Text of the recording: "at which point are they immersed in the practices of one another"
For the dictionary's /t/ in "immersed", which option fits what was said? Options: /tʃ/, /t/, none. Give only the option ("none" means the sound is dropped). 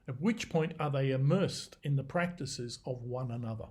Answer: /t/